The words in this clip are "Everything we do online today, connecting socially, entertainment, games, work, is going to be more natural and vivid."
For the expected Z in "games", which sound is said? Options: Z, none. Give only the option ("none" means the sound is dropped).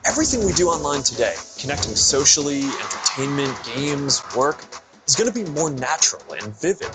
Z